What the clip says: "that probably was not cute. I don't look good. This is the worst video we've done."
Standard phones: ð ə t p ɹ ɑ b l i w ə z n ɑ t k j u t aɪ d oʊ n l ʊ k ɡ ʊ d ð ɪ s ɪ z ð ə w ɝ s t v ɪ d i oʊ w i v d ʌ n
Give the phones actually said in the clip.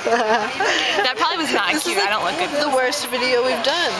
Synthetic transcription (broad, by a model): ð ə t p ɹ ɑ b l i w ə z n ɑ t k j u aɪ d oʊ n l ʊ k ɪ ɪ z ð ə w ɝ s t v ɪ d i oʊ w i v d ʌ n